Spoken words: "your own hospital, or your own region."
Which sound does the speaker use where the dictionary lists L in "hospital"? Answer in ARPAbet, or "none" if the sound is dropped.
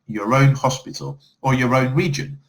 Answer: L